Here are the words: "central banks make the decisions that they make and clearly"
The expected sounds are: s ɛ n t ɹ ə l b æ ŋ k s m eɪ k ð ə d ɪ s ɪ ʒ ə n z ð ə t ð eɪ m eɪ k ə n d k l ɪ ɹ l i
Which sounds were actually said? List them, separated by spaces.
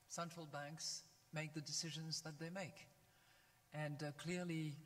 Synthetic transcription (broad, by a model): s ɛ n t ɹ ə l b æ ŋ k s m eɪ k ð ə d ɪ s ɪ ʒ ə n z ð ə t ð eɪ m eɪ k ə n k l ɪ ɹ l i